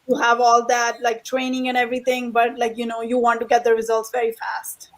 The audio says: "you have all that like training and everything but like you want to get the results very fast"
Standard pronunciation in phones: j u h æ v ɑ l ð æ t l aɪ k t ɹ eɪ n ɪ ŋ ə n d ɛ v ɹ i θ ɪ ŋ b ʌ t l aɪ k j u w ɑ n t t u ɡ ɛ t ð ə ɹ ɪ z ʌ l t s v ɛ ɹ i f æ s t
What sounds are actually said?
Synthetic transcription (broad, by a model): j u h æ v ɑ l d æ t l aɪ k t ɹ eɪ n ɪ ŋ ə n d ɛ v ɹ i t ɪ ŋ b ʌ t l aɪ k j u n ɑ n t t u ɡ ɛ t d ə ɹ ɪ z ʌ l t s v ɛ ɹ i f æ s t